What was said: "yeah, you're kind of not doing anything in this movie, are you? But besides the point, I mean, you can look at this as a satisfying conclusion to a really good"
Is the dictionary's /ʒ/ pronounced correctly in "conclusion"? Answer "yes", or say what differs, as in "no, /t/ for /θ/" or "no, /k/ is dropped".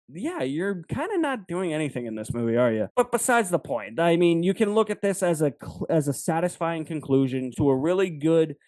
yes